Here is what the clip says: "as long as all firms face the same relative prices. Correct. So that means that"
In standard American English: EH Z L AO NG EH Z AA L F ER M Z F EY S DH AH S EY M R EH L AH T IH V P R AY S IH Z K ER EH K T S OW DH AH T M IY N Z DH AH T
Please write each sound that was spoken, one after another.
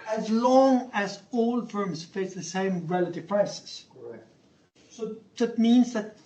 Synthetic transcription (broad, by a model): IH Z L AO NG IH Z AA L F ER M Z F EY S DH AH S EY M R EH L AH T IH V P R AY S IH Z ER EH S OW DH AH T M IY N Z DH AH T